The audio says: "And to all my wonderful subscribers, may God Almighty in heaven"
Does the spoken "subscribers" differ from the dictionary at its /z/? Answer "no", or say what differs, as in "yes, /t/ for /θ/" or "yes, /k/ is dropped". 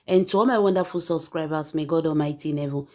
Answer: yes, /s/ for /z/